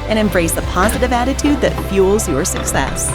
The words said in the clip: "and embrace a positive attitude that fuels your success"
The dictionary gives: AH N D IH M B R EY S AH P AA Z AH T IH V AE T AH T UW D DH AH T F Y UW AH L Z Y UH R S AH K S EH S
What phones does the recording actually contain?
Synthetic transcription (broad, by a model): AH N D IH M B R EY S AH P AA Z AH T IH V AE T AH T UW D DH AH T F Y UW L Z Y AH R S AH K S EH S